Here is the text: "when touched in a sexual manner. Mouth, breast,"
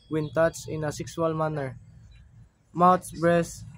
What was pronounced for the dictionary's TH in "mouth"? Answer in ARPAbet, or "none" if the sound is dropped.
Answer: S